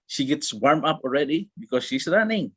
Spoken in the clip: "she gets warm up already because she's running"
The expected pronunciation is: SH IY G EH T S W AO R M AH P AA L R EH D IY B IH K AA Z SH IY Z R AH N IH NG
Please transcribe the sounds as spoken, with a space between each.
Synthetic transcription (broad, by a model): SH IY G EH T S W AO R M AH P AA L R EH D IY B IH K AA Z SH IY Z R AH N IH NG